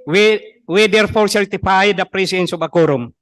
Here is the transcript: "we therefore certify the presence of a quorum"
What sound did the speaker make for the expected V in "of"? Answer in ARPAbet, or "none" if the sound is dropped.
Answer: B